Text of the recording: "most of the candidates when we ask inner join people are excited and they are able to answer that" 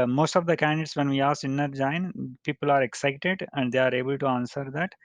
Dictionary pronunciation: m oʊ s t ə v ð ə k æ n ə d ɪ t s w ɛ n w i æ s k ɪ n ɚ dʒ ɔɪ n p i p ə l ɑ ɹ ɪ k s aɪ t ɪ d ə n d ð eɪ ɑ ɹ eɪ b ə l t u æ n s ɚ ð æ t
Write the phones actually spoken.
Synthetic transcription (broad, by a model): m oʊ s t ə v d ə k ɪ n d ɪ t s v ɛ n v i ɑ s ɪ n ɚ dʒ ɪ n p i p ə l ɑ ɹ ɪ k s aɪ t ɪ d ə n d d eɪ ɑ ɹ eɪ b ə l t u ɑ n s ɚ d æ t